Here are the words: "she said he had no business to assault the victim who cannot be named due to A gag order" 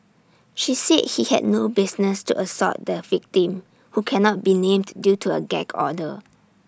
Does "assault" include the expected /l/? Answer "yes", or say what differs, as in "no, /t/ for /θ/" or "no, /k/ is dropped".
no, /l/ is dropped